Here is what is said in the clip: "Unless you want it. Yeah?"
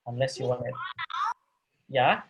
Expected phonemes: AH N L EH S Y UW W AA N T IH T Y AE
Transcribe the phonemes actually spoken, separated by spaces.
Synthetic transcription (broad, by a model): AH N L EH S Y UW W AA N IH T Y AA